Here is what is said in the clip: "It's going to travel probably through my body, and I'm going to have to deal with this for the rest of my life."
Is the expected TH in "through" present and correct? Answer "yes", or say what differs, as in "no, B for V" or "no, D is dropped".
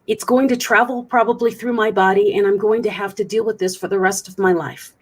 yes